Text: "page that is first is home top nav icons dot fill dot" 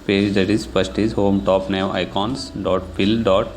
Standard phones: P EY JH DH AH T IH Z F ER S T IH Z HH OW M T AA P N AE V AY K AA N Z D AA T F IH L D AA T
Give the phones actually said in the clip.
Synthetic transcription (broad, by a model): P EY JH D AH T IH Z P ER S T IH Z HH OW M T AA P N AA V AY K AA N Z D AA T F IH L D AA T